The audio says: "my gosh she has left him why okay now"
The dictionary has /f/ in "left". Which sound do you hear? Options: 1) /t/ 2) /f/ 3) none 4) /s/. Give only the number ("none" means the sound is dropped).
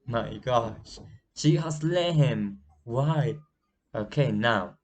3